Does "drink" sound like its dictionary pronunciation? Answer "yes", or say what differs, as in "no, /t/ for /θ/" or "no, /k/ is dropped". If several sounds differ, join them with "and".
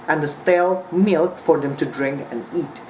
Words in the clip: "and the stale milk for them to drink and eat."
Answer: yes